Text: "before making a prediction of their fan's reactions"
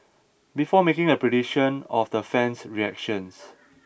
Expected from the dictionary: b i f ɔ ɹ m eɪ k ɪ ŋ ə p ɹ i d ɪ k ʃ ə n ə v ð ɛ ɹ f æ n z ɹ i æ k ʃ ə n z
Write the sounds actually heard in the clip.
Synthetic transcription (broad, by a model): b i f ɔ m eɪ k ɪ ŋ ə p ɹ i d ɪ ʃ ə n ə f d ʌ f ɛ n s ɹ i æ k ʃ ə n s